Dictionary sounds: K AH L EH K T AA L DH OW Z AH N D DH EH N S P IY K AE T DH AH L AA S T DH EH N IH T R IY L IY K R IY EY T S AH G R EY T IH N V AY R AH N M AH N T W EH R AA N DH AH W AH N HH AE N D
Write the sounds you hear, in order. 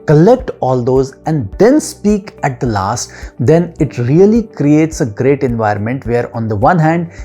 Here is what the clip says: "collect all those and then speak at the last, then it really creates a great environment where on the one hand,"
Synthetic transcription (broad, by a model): K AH L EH K T AA L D OW Z AH N D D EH N S P IY K AE T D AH L AA S T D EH N IH T R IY L IY K R IY EY T S AH G R EY T IH N V AY R AH N M AH N T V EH R AA N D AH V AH N HH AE N D